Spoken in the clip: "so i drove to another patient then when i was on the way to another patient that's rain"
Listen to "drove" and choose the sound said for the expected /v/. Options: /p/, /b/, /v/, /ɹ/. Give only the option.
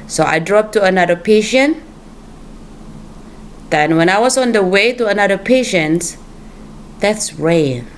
/p/